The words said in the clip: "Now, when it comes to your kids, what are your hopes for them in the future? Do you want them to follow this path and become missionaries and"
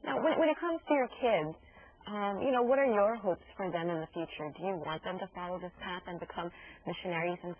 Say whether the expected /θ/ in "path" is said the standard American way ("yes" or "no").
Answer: yes